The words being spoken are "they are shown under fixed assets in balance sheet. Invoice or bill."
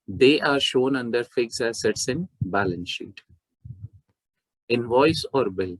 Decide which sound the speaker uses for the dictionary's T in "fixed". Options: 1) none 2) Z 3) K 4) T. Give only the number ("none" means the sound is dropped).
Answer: 1